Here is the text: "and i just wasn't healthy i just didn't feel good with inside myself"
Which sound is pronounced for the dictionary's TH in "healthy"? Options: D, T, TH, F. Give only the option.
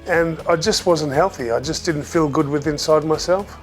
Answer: TH